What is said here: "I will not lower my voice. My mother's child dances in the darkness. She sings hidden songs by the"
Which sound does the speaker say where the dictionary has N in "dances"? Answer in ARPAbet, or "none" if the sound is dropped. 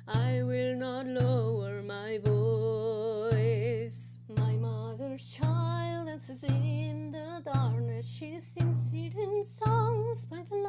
none